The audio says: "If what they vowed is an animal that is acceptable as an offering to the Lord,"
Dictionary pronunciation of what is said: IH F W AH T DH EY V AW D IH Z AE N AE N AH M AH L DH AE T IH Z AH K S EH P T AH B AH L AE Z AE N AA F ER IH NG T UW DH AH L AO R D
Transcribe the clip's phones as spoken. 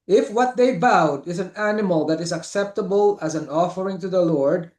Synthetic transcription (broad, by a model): IH F W AH T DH EY B AW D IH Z AE N AE N AH M AH L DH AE T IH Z AH K S EH P T AH B AH L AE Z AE N AA F ER IH NG T UW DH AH L AO R D